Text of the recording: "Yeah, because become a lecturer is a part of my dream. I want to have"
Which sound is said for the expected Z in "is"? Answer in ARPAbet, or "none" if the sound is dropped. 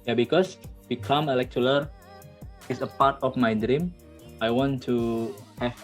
S